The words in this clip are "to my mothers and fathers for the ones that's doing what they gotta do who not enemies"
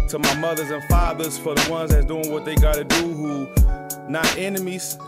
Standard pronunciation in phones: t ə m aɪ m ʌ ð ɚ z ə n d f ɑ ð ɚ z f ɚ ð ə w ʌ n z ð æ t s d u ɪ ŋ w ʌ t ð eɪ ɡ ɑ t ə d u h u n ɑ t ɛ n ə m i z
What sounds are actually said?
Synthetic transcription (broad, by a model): t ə m aɪ m ʌ ð ɚ z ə n f ɑ ð ɚ z f ɚ ð ə w ʌ n z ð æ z d u ɪ ŋ w ʌ t ð eɪ ɡ ɑ t ə d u h u n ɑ t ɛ n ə m i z